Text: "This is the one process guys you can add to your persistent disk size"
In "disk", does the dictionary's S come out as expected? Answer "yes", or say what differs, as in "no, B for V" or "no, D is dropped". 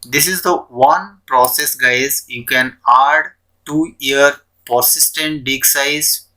no, S is dropped